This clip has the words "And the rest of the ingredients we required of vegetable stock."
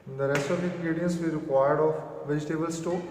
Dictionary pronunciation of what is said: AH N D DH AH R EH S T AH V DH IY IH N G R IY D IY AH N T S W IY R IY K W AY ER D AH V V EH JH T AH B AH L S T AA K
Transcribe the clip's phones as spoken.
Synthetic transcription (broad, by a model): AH N D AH R EH S T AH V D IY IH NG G R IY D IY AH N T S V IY R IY K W AY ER D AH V V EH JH T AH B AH L S T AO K